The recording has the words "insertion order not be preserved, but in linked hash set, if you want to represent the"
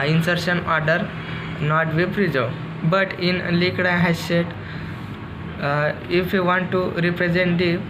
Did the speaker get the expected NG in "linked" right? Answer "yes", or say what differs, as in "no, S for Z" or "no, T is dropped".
no, NG is dropped